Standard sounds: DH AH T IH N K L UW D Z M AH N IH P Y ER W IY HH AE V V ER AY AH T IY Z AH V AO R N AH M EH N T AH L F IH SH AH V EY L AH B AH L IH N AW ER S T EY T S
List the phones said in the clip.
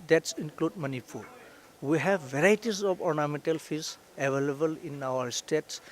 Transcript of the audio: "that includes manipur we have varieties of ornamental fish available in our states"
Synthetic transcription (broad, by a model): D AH T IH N K L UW D M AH N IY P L W IY HH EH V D AY T IY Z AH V AO R N AH M EH N T AH L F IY S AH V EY L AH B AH L IH N AW ER S T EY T S